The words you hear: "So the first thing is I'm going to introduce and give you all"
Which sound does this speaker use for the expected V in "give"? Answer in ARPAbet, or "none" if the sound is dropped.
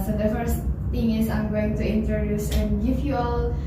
F